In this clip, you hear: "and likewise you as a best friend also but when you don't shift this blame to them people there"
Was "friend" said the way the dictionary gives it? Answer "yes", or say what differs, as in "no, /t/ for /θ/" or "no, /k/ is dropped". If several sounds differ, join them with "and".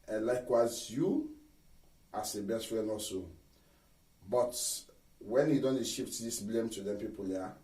no, /d/ is dropped